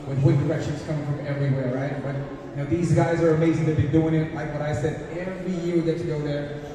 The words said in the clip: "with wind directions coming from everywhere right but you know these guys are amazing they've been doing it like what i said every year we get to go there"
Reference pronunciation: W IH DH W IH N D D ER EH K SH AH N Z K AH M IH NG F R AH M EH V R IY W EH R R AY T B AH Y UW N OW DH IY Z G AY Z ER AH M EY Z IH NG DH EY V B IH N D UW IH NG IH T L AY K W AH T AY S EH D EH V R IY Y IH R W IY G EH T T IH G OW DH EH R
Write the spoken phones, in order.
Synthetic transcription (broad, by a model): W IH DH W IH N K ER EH K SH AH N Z K AH M IH NG F R AH M EH V R IY W EH R R AY T B AH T N OW DH IY Z G AY Z ER AH M EY Z IH NG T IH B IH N D UW IH NG IH T L AY K W AH T AY S EH D EH V R IY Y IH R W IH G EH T T IH G OW DH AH R